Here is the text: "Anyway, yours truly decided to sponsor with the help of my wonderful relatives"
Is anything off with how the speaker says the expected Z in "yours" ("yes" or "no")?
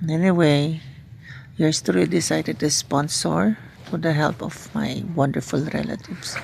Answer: yes